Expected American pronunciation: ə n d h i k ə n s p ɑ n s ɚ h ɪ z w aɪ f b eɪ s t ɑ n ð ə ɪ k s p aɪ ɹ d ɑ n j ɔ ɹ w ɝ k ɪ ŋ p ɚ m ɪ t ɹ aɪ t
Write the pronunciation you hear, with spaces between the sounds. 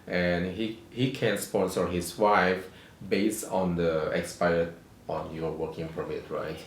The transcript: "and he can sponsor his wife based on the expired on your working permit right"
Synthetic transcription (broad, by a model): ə n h h i k ə n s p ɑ s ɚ h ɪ s w aɪ f b eɪ s t ɑ n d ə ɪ k s p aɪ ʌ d ɑ n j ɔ w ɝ k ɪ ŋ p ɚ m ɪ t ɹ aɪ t